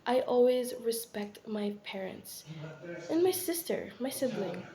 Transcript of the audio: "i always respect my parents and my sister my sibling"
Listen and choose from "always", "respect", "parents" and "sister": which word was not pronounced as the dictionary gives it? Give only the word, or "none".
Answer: none